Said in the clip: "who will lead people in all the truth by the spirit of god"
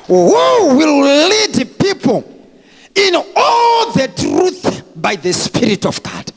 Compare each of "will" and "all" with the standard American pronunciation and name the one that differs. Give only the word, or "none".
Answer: none